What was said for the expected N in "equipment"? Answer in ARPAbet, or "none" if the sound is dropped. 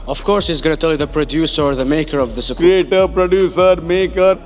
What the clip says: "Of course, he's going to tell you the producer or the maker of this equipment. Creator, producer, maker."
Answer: none